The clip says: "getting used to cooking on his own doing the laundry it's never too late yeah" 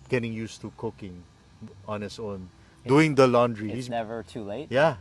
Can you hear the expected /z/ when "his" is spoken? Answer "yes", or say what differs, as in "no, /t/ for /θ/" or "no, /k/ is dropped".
no, /s/ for /z/